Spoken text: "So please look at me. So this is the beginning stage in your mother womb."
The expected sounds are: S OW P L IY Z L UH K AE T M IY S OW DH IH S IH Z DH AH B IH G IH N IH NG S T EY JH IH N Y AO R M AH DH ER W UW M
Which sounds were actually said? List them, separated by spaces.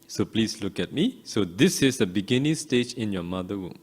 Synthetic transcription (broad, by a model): S OW P L IY S L UH K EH T M IY S OW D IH S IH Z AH B IH G IH N IH NG S T EY JH IH N Y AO M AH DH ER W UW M